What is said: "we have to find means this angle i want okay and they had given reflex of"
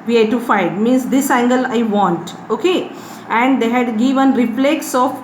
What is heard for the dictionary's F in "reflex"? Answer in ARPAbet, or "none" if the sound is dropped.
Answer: P